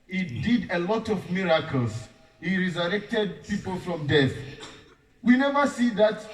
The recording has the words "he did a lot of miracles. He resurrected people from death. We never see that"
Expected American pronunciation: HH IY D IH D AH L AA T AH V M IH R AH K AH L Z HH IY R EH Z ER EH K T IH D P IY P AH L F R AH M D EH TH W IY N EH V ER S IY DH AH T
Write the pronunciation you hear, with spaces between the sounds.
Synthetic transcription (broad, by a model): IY D IH D AH L AA T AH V M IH R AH K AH L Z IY R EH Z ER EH K T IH D P IY P AH L F R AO M D EH TH W IY N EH V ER S IY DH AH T